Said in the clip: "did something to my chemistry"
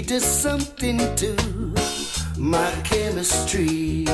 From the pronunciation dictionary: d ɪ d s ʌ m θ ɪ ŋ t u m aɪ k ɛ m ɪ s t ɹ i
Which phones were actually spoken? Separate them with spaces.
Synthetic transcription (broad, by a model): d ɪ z s ʌ m θ ɪ ŋ t u m aɪ k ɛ m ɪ s t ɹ i